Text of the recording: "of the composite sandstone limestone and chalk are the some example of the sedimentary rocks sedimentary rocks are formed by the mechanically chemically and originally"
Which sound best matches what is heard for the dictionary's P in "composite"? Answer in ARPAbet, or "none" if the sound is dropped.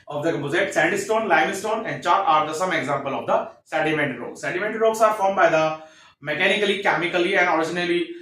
none